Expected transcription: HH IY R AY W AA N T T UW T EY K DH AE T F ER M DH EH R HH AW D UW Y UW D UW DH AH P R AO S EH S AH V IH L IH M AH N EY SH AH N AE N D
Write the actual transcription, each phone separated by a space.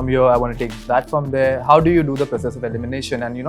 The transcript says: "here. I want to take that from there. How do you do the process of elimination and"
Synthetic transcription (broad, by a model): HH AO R AY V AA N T T UW T EY K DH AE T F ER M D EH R HH AW D UW Y UW D UW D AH P R AO S EH S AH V IH L IH M AH N EY SH AH N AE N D